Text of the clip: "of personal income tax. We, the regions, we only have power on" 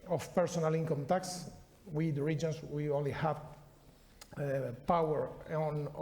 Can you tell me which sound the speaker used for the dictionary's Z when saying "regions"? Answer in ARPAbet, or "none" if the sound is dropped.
S